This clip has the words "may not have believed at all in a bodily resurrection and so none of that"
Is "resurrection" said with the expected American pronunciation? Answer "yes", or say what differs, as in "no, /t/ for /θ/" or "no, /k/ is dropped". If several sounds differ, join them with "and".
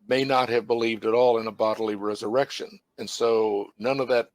yes